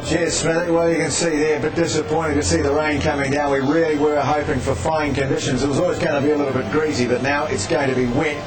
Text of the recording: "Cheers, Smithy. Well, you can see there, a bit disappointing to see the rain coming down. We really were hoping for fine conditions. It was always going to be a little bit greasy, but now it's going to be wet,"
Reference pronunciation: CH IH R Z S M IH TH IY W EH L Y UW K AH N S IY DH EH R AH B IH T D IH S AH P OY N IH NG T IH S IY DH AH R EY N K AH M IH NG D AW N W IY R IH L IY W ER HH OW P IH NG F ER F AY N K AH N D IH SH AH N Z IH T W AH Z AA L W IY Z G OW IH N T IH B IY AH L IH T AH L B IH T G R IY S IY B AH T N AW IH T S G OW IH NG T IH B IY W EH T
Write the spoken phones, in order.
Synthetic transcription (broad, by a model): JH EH S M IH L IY W EH L Y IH K AH N S IY DH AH R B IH T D IH S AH P OY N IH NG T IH S IY DH AH R EY N K AH M IH NG D AW N W IY R IH L IY W ER HH OW P IH NG F ER F AY N K AH N D IH SH AH N Z IH T W AH Z AA L W IY Z G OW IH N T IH B IY AH L IH T L B IH T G R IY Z IY B AH T N AW IH T S G OW IH NG T IH B IY W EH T